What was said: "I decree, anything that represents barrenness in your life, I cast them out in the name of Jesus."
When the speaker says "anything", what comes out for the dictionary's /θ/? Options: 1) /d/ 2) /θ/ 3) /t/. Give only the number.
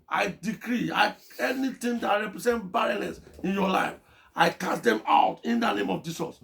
3